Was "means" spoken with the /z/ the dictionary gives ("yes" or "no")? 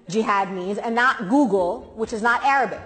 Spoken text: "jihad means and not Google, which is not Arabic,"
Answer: yes